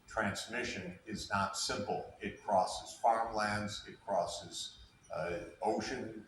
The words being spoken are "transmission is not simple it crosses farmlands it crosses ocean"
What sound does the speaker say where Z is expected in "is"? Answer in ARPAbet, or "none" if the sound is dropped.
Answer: Z